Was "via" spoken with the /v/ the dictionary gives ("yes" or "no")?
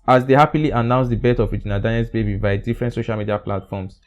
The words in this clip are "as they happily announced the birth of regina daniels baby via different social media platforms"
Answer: no